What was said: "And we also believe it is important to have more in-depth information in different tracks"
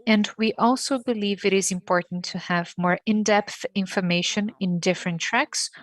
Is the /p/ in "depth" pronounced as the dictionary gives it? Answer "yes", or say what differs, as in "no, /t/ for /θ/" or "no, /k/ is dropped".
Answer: yes